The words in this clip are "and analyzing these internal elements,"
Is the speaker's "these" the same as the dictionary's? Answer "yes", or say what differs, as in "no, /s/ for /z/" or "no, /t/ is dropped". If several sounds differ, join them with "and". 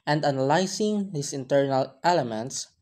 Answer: no, /s/ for /z/